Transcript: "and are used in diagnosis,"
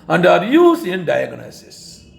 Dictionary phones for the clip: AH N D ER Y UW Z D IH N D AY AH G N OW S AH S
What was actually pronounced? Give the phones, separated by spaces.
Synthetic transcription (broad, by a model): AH N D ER Y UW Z IH N D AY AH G N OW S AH S